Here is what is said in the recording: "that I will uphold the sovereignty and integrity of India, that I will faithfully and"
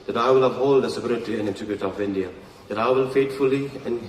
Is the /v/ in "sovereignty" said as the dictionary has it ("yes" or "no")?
no